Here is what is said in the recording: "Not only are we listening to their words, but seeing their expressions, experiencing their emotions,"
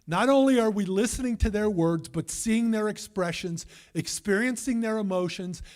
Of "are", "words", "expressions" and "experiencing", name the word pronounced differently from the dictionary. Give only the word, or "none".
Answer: none